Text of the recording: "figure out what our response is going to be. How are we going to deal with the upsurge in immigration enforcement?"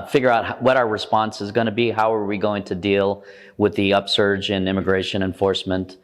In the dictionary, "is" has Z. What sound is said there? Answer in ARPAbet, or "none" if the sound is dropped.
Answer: Z